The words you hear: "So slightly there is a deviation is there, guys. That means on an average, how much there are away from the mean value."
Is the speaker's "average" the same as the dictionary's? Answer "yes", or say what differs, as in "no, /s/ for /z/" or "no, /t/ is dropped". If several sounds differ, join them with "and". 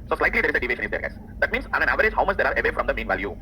yes